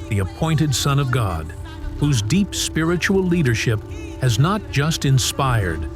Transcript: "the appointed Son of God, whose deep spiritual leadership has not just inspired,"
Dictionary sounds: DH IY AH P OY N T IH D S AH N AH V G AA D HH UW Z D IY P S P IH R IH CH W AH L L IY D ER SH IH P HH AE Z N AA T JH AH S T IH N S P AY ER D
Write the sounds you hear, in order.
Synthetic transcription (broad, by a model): DH IY AH P OY N T IH D S AH N AH V G AA D HH UW Z D IY P S P IH R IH CH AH L L IY D ER SH IH P HH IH Z N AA T JH AH S T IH N S P AY ER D